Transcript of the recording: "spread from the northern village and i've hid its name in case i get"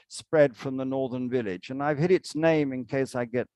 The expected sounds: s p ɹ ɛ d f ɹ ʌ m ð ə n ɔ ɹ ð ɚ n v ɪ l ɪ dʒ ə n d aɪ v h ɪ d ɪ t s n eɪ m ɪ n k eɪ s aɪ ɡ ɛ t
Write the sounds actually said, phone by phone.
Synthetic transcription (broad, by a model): s p ɹ ɛ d f ɹ ʌ m ð ə n ɔ ɹ ð ɚ n v ɪ l ɪ dʒ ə n aɪ v h ɪ d ɪ t s n eɪ m ɪ n k eɪ s aɪ ɡ ɛ t